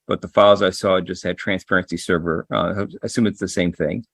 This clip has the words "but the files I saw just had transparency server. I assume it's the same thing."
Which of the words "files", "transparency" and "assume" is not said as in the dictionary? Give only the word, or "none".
none